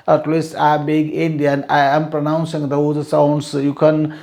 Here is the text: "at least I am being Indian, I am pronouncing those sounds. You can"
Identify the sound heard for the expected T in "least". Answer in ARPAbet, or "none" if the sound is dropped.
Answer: none